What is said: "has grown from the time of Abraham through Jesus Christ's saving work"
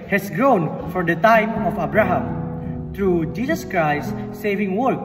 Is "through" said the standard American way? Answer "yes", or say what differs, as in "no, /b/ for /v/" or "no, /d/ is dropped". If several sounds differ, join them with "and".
no, /t/ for /θ/